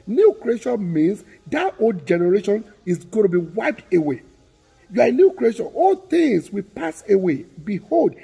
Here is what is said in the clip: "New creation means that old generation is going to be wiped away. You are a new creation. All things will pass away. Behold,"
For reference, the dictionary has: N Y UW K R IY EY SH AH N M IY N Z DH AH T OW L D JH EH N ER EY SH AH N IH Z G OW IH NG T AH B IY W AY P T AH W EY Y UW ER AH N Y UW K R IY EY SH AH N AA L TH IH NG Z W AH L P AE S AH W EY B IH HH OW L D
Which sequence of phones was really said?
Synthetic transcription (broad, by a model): N Y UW K R IY EY SH AH N M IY N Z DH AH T OW L D JH EH N ER EY SH AH N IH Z G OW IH T AH B IY W AY P T AH W EY Y UW AH N Y UW K R IY EY SH AH N AA L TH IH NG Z W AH P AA S AH W EY B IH HH OW L D